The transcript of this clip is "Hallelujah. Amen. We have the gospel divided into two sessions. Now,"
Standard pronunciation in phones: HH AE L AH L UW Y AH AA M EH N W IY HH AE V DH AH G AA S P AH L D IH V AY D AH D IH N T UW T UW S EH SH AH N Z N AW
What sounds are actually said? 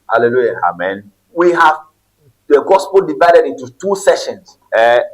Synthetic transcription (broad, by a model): HH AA L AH L UW Y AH AA M EH N W IY HH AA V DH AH G AA S P AH L D IH V AY D AH D IH N T UW T UW S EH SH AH N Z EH